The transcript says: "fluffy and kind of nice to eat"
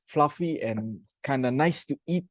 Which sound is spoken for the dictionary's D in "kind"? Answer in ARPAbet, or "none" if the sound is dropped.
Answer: D